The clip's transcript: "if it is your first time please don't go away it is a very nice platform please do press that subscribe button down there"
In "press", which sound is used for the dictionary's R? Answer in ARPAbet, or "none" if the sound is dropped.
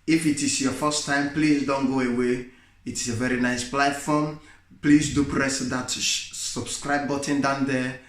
R